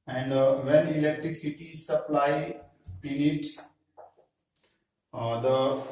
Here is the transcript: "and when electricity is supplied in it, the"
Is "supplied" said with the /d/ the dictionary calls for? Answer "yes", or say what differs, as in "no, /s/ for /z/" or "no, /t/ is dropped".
no, /d/ is dropped